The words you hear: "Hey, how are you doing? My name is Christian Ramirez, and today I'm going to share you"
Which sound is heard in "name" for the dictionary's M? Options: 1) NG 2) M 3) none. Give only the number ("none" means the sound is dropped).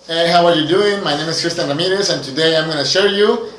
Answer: 2